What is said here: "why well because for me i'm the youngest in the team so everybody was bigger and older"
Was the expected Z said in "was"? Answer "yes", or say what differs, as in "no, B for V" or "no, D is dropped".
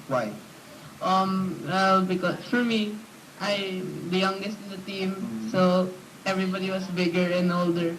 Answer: no, S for Z